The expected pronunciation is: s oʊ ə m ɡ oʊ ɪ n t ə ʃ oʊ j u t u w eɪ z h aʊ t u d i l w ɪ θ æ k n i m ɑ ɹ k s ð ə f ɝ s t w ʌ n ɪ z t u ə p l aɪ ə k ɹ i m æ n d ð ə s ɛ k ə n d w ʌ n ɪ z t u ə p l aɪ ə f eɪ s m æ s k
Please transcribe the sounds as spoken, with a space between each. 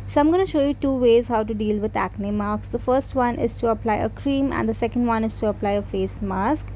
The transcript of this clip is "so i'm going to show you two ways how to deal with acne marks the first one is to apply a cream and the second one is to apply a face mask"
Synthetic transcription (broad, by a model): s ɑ ə m ɡ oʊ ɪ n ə ʃ oʊ j u t u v eɪ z h aʊ t u d i l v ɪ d æ k n i m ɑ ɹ k s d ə f ɝ s t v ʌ n ɪ z t u ə p l aɪ ə k ɹ i m æ n d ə s ɛ k ə n d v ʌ n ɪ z t u ə p l aɪ ə f eɪ s m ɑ s k